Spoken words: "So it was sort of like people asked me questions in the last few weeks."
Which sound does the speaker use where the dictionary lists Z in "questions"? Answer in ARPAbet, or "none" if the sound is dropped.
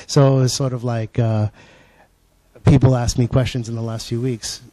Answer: Z